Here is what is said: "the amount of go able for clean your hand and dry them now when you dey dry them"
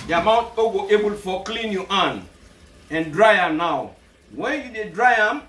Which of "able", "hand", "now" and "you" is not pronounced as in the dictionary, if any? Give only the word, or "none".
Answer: hand